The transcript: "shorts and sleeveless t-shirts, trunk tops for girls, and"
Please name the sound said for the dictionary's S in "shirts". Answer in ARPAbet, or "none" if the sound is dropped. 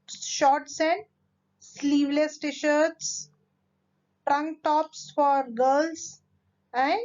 S